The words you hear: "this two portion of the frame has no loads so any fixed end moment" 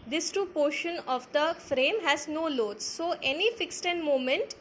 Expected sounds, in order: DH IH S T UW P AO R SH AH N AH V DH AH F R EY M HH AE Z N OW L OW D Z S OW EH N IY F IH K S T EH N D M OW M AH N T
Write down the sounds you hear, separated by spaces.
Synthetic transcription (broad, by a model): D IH S T UW P AO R SH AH N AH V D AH F R EY M HH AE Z N OW L OW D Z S OW EH N IY F IH K S T EH N D M OW M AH N T